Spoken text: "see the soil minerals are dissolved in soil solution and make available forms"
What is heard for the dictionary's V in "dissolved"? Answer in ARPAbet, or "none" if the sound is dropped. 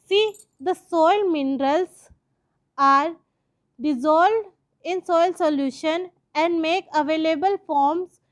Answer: none